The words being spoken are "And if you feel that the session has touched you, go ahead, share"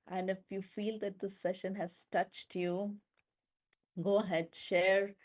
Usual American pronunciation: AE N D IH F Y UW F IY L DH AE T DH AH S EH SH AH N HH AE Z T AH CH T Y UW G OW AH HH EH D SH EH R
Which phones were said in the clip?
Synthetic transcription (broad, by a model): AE N D IH F Y UW F IY L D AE T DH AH S EH SH AH N HH AE Z T AH CH T Y UW G OW AH HH EH D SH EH R